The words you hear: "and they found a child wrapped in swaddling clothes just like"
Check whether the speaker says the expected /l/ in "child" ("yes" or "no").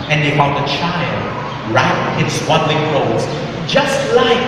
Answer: yes